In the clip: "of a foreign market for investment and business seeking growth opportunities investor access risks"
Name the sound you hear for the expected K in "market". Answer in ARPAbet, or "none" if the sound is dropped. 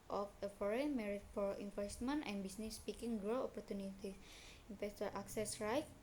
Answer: none